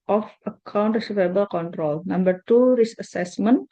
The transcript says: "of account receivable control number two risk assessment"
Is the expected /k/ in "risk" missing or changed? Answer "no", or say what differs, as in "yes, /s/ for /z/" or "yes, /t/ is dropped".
yes, /k/ is dropped